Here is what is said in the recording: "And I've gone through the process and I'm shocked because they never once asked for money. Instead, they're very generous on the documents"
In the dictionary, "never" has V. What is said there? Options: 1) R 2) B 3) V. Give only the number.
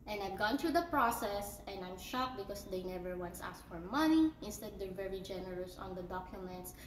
3